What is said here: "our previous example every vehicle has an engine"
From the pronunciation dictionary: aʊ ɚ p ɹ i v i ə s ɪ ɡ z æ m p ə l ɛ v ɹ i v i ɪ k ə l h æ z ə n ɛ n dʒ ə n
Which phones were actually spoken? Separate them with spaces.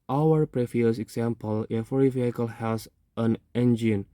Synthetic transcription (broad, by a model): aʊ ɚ p ɹ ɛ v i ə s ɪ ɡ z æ m p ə l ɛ f ɹ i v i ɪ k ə l h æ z ə n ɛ n dʒ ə n